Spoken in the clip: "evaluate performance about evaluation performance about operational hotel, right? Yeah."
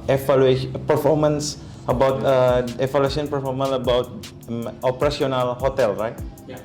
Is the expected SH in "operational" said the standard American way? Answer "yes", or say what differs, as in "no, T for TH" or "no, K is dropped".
no, S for SH